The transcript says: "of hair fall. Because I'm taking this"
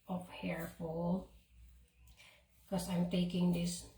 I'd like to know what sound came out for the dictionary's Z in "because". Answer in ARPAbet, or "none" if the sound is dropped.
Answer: none